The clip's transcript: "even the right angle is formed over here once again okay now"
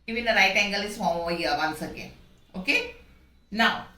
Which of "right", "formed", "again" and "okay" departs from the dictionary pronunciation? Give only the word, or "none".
formed